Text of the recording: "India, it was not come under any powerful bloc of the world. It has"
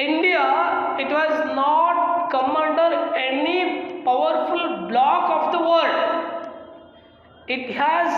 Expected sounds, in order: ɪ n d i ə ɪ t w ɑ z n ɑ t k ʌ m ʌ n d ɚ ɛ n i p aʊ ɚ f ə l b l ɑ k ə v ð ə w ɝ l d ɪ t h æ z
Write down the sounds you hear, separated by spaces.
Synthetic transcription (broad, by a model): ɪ n d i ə ɪ t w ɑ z n ɑ t k ʌ m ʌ n d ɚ ɛ n i p aʊ ɚ f ə l b l ɑ k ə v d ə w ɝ d ɪ t h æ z